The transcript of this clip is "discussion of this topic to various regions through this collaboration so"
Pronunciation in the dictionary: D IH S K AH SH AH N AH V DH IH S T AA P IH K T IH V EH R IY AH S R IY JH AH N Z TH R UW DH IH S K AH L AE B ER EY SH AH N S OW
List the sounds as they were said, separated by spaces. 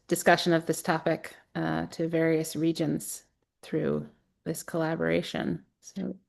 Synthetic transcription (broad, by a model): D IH S K AH SH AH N AH V DH IH S T AA P IH K T IH V EH R IY AH S R IY JH AH N Z TH R UW DH IH S K AH L AE B ER EY SH AH N S OW